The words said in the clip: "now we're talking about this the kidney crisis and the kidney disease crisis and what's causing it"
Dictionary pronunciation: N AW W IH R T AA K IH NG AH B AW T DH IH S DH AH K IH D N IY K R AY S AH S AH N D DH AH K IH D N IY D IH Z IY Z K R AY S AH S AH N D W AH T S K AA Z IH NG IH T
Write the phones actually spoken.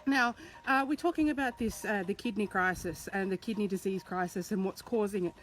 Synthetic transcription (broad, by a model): N AW W IH R T AA K IH NG AH B AW T DH IH S DH AH K IH D N IY K R AY S AH S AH N DH AH K IH D N IY D IH Z IY Z K R AY S AH S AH N W AH T S K AA Z IH NG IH T